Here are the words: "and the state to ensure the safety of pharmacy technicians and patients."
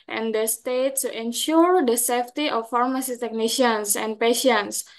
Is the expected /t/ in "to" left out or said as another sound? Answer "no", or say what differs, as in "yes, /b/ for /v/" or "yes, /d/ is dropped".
yes, /s/ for /t/